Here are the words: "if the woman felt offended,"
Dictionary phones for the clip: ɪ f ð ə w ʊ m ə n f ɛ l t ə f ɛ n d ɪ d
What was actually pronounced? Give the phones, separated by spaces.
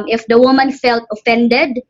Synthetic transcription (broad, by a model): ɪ f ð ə w ʊ m ə n f ɛ l t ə f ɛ n d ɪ d